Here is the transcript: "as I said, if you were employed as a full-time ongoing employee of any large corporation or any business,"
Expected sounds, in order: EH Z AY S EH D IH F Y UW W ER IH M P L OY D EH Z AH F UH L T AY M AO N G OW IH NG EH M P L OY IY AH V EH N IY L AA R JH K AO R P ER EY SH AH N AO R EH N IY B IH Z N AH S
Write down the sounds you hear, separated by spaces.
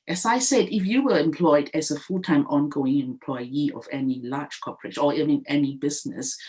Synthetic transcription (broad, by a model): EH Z AY S EH D IH F Y UW W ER IH M P L OY D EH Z AH F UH L T AY M AO N G OW IH NG EH M P L OY IY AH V EH N IY L AA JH K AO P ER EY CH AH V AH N EH N IY B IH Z N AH S